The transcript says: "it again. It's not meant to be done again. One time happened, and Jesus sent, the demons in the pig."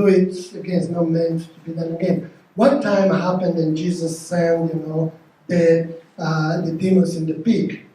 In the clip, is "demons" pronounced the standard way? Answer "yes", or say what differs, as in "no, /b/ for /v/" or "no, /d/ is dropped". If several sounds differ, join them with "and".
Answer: no, /n/ is dropped